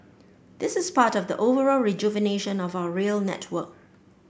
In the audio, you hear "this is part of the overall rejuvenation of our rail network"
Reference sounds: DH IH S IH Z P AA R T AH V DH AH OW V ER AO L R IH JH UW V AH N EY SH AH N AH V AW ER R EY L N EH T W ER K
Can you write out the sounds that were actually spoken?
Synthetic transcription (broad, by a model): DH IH S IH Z P AA T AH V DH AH OW V ER AO L R IH JH UW V AH N EY SH AH N AH V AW ER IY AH L N EH T W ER K